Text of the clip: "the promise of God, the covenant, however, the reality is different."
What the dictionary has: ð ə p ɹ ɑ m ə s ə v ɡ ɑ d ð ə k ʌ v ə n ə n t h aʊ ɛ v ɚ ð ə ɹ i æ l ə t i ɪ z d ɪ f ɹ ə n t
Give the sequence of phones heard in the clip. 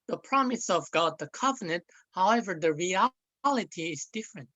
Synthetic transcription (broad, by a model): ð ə p ɹ ɑ m ə s ə v ɡ ɑ d ð ə k ʌ v ə n ə n t h aʊ ɛ v ɚ ð ə ɹ i æ l ə t i ɪ z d ɪ f ɹ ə n t